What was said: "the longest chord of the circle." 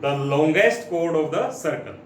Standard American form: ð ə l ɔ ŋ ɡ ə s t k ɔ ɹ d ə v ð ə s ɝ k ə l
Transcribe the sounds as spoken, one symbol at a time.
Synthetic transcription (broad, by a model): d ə l ɔ ŋ ɡ ə s t k ɔ ɹ d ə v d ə s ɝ k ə l